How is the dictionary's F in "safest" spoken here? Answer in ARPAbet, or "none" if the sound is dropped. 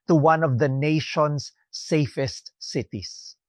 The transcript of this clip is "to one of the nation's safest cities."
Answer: F